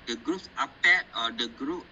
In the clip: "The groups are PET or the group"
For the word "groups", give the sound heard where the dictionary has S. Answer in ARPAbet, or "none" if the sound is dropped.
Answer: none